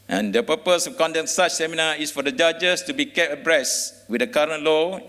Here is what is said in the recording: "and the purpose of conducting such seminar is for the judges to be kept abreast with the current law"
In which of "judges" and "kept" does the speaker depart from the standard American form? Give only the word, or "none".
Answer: judges